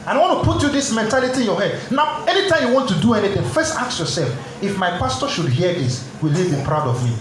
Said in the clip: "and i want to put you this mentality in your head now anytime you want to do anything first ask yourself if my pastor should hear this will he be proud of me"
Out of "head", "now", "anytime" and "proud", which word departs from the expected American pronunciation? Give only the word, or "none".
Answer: none